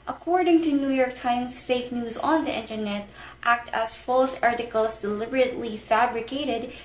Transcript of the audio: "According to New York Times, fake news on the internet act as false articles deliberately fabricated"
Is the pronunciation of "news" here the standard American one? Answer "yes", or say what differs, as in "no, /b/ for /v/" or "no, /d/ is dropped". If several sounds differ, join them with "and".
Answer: yes